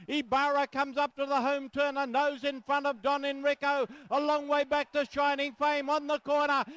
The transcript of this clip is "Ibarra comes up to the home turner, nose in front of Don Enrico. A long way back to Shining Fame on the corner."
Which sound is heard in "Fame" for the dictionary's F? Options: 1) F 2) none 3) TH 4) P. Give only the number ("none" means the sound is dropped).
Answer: 1